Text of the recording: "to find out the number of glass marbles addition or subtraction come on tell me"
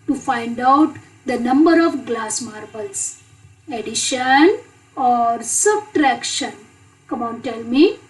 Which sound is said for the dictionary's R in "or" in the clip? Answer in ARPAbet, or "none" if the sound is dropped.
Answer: R